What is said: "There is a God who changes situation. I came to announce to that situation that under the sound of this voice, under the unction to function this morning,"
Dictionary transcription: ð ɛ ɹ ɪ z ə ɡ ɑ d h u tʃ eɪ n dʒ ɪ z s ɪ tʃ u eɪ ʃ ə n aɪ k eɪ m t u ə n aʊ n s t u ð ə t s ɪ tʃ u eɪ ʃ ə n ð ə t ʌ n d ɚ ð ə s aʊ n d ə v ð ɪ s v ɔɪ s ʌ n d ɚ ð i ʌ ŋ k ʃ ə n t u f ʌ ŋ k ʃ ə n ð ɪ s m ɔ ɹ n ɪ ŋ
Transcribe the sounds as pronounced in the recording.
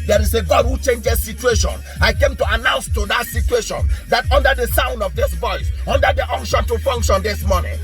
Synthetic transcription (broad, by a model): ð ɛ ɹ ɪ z ə ɡ ɑ d h u tʃ eɪ n dʒ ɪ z s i tʃ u eɪ ʃ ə n aɪ k eɪ m t u ə n aʊ n s t u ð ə t s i tʃ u eɪ ʃ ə n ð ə t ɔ n d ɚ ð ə s aʊ n d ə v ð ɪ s v ɔɪ s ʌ n d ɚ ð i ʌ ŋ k ʃ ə n t u f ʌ ŋ k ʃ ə n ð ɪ s m ɔ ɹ n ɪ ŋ